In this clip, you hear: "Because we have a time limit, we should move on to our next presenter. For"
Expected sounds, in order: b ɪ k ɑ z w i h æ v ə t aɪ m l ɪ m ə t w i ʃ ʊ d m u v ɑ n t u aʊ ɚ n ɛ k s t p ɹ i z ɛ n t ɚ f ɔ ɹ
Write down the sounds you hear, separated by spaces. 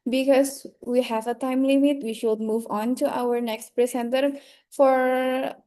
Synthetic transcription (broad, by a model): b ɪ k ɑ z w i h æ v ə t aɪ m l ɪ m ə t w i ʃ ʊ d m u v ɑ n t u aʊ ɚ n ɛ k s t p ɹ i s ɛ n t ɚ f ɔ ɹ